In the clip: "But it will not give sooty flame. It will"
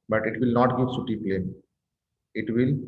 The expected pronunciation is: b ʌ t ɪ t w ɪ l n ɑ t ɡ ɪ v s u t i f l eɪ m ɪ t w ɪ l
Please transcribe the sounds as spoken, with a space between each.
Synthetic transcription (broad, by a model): b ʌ t ɪ t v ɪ l n ɑ t ɡ ɪ v s u t i p l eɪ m ɪ t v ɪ l